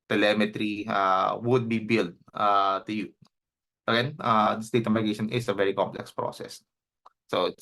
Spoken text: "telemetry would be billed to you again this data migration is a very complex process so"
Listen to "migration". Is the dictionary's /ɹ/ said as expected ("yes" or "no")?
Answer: no